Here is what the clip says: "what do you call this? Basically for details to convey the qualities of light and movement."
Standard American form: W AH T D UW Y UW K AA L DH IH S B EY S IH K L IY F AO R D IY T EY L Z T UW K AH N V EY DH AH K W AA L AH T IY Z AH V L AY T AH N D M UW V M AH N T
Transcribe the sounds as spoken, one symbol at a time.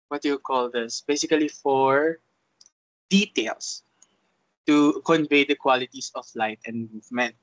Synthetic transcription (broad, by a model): W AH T Y UW K AA L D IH S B EY S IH K L IY F AO R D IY T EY L S T UW K AH N V EY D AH K W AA L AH T IY S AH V L AY T AH N D M UW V M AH N T